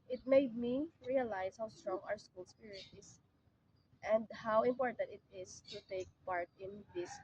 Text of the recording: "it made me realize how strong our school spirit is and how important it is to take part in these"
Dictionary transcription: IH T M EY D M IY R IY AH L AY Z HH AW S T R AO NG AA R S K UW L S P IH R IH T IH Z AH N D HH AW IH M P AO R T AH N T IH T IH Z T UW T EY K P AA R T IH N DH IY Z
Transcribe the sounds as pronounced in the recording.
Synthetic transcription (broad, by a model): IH T M EY D M IY R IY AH L AY S HH AW S T R AO NG AA R S K UW L S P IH R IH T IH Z AH N D HH AW IH M P AO R T AH N T IH T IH S T UW T EY K P AA R T IH N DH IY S